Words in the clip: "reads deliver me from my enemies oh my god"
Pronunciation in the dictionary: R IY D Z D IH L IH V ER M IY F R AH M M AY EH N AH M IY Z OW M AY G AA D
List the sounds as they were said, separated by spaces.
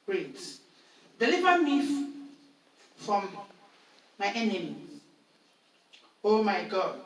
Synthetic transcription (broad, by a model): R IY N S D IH L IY V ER M IY F R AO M M AY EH N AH M IY OW M AY G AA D